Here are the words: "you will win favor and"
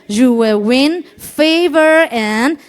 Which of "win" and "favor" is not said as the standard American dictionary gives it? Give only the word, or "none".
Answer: none